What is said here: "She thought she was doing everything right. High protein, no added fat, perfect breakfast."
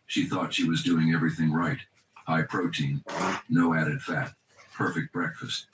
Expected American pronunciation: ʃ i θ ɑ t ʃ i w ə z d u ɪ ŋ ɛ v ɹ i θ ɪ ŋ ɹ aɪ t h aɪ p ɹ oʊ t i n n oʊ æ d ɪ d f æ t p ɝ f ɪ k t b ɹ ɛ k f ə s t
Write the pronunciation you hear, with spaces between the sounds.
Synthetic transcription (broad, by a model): ʃ i θ ɑ t ʃ i w ə z d u ɪ ŋ ɛ v ɹ i θ ɪ ŋ ɹ aɪ t h aɪ p ɹ oʊ t i n n oʊ æ d ɪ d f æ t p ɝ f ɪ k t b ɹ ɛ k f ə s t